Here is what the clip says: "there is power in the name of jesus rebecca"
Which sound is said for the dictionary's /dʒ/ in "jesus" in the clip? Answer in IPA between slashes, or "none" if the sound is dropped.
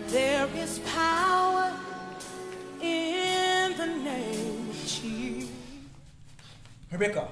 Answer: /tʃ/